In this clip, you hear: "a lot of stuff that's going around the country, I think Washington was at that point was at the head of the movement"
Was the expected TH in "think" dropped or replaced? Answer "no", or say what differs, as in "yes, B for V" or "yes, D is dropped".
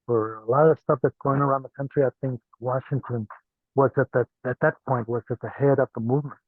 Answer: no